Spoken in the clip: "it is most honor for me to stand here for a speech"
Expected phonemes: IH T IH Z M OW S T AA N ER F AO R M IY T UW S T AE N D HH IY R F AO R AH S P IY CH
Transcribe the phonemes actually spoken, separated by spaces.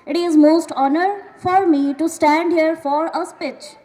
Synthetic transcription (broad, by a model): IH T IH Z M OW S T AA N ER F AO R M IY T UW S T AE N D HH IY R F AO R AH S P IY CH